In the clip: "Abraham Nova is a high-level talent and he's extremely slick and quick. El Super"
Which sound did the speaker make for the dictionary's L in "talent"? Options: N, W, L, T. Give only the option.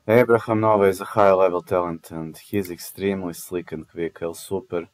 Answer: L